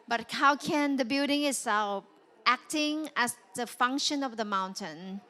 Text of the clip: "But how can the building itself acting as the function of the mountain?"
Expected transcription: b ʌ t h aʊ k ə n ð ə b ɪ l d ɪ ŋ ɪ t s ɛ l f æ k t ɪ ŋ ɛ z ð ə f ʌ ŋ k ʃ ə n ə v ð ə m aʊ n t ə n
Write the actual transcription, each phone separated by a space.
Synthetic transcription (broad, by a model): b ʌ t h aʊ k ə n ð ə b ɪ l d ɪ ŋ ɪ t s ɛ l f æ k t ɪ ŋ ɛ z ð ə f ʌ ŋ k ʃ ə n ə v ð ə m aʊ n t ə n